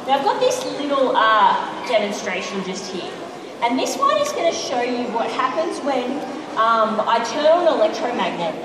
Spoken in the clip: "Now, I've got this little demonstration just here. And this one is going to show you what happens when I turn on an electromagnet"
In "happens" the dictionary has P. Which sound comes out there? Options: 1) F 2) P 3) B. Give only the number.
2